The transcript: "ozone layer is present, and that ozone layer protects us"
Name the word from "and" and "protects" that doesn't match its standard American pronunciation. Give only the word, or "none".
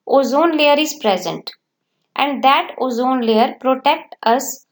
protects